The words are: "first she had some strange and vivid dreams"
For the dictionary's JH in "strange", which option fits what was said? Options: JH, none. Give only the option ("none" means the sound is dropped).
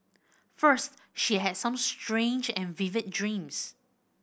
JH